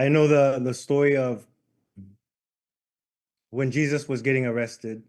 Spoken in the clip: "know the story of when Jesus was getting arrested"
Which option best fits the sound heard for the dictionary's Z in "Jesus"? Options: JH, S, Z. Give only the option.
Z